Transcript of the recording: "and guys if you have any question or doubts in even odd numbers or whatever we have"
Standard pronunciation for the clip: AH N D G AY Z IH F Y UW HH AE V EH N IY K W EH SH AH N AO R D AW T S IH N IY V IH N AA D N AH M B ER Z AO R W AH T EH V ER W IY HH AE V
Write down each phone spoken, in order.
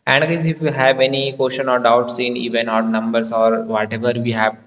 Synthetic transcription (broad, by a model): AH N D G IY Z IH F Y UW HH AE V EH N IY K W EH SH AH N AO R D AW T S IH N IY V IH N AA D N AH M B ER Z AO R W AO T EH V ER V IY HH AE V